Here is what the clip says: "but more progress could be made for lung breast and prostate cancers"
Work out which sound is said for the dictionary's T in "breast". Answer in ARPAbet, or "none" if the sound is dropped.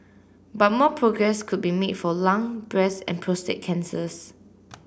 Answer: none